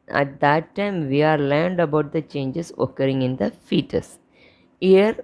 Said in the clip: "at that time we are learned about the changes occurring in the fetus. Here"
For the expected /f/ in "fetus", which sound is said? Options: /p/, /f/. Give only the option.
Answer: /f/